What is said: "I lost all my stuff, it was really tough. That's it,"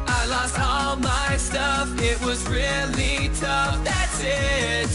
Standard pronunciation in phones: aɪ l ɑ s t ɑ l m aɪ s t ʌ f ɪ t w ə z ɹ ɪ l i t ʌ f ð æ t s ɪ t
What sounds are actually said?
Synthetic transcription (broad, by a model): aɪ l ɑ s t ɑ l m aɪ s t ʌ f ɪ t w ə z ɹ ɪ l i t ʌ f ð æ t s ɪ t